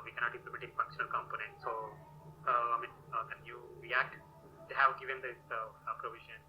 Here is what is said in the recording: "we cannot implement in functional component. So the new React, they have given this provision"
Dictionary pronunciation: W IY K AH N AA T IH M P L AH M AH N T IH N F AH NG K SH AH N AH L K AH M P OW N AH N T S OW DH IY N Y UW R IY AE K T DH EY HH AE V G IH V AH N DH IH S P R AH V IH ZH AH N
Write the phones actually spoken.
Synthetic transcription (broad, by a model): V IY K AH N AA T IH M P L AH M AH T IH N F AH NG K SH AH N AH L K AH M P OW N AH N T S OW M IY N Y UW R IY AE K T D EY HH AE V G IH V AH N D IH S P R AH V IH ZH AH N